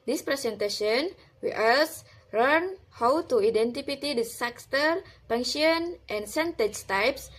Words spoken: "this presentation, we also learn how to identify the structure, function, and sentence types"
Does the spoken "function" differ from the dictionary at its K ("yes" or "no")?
yes